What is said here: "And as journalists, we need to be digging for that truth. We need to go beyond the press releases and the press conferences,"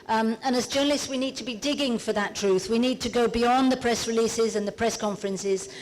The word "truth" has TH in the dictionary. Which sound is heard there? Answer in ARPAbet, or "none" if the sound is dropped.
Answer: TH